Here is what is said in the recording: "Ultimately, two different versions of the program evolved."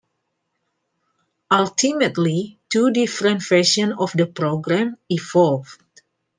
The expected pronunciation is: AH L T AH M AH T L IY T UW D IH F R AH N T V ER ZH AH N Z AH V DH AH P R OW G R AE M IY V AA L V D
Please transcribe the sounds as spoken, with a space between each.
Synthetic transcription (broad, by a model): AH L T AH M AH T L IY T UW D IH F R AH N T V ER SH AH N AH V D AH P R OW G R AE M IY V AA L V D